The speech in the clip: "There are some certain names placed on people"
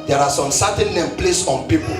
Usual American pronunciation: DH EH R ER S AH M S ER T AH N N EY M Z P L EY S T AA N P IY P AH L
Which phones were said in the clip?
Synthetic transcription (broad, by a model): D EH R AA S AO M S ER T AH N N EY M P L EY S AA N P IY P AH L